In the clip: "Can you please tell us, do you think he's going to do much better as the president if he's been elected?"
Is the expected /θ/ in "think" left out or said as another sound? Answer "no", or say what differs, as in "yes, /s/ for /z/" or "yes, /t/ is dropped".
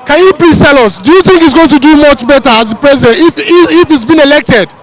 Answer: no